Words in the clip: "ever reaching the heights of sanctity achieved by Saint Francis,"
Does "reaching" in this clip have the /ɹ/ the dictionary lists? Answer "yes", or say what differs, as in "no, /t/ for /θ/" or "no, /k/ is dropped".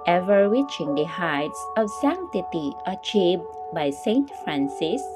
no, /w/ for /ɹ/